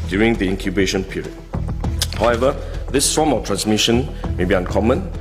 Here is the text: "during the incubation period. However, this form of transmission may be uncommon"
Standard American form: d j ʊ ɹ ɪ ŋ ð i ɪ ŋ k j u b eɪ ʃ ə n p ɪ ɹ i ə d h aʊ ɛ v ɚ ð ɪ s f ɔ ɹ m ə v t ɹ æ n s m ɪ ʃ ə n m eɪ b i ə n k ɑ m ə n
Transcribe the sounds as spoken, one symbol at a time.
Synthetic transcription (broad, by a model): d j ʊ ɹ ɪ ŋ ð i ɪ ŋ k j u b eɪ ʃ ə n p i ɹ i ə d h aʊ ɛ v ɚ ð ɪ s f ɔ m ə f t ɹ æ n s m ɪ ʃ ə n m eɪ b i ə n k ɑ m ə n